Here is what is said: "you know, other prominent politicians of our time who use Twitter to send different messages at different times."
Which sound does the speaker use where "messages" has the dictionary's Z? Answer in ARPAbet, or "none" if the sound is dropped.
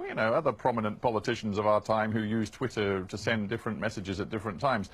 Z